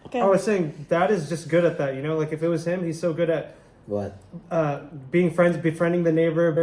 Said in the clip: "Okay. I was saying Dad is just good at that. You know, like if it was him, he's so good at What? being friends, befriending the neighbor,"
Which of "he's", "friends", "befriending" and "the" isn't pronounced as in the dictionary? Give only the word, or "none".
none